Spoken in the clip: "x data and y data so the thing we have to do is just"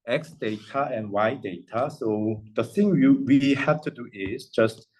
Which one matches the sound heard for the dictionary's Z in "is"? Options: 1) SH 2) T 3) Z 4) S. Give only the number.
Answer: 4